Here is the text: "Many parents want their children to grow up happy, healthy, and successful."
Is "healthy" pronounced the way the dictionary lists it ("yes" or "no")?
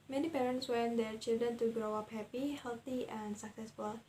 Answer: no